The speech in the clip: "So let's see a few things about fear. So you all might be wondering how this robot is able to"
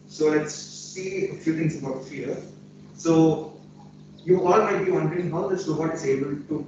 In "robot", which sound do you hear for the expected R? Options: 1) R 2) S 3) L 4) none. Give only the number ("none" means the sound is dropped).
3